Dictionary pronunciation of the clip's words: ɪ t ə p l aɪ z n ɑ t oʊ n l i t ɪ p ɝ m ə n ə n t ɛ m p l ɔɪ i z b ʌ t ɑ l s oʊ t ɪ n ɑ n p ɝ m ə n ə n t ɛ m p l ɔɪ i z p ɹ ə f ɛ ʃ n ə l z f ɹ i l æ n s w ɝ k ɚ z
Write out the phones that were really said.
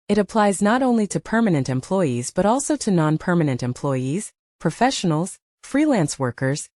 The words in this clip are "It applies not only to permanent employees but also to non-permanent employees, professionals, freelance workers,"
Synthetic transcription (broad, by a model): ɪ t ə p l aɪ z n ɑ t oʊ n l i t ɪ p ɝ m ə n ə n t ɛ m p l ɔɪ i z b ʌ t ɑ l s oʊ t ɪ n ɑ n p ɝ m ə n ə n t ɛ m p l ɔɪ i z p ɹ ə f ɛ ʃ n l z f ɹ i l æ n s w ɝ k ɚ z